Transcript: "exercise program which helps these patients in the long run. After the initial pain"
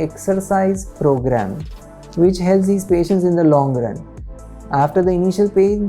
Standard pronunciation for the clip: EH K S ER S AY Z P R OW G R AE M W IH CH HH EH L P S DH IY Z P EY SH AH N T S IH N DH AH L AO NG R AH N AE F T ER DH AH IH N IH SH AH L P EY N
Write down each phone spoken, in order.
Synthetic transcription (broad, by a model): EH K S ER S AY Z P R OW G R AE M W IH CH HH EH L S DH IY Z P EY SH AH N T S IH N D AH L AO NG R AH N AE F T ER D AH IH N IH SH AH L P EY